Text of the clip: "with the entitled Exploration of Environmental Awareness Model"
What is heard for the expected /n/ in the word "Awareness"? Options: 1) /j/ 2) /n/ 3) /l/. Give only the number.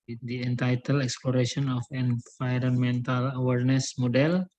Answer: 2